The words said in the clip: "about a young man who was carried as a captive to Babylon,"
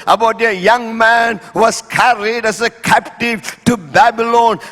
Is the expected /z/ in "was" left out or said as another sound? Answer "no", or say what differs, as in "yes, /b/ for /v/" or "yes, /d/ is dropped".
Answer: yes, /s/ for /z/